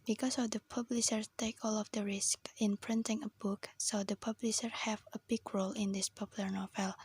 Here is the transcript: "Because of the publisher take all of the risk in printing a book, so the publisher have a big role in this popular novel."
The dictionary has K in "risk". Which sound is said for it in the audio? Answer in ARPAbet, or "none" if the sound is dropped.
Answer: K